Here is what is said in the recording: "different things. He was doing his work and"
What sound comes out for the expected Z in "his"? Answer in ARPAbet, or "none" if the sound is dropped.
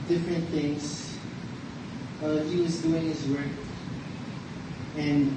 Z